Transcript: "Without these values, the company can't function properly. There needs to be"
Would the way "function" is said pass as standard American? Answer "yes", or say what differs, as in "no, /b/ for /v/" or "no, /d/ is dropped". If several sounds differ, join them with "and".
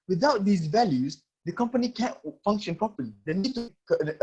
yes